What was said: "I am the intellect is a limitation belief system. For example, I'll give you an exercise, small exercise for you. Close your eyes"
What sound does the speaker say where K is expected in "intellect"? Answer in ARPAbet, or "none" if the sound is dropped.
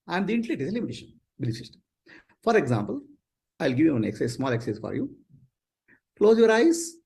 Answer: none